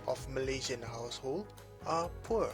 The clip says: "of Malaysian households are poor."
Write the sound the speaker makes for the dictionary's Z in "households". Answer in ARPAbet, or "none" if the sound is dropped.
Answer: none